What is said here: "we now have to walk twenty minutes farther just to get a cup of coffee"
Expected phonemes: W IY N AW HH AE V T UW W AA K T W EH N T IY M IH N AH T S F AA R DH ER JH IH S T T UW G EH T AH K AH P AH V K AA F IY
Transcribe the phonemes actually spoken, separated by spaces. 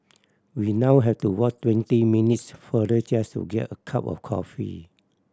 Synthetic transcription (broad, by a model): W IY N AW HH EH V T UW W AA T T W EH N T IY M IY N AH T S F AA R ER CH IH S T T UW G EH T AH K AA P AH F K AA F IY